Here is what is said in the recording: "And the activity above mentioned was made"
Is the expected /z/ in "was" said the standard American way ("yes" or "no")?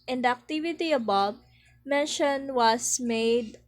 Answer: no